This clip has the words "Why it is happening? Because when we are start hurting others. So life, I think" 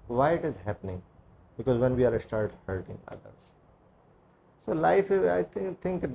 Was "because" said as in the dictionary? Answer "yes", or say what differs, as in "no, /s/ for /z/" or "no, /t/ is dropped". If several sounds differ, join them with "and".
yes